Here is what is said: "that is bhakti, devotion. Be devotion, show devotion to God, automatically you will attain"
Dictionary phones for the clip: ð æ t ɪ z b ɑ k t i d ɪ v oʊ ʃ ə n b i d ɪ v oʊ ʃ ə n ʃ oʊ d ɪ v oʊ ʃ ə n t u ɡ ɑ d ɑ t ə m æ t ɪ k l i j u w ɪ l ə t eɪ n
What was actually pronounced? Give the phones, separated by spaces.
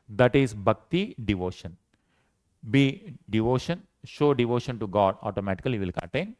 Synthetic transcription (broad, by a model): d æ t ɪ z b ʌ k t i d ɪ v oʊ ʃ ə n b i d ɪ v oʊ ʃ ə n ʃ oʊ d ɪ v oʊ ʃ ə n t u ɡ ɑ d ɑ t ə m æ t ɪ k i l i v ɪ l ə t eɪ n